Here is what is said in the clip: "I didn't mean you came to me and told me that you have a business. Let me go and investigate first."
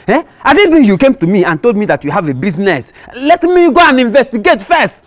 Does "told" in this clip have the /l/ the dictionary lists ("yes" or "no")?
yes